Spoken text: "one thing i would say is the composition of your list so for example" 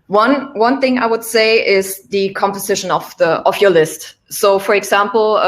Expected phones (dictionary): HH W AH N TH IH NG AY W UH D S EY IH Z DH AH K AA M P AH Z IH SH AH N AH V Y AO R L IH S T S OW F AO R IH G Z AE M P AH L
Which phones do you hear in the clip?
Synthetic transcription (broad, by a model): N W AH N TH IH NG AY W UH D S EY IH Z DH AH K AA M P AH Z IH SH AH N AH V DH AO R L IH S T S OW F AO R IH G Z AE M P L